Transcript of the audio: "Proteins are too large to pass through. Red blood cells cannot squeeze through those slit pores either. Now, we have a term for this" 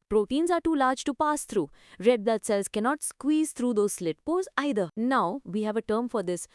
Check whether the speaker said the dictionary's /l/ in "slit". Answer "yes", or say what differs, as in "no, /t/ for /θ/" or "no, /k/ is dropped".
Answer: yes